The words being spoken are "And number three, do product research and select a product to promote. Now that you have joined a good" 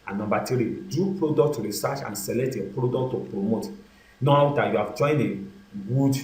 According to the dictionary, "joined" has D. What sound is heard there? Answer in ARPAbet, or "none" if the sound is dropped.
none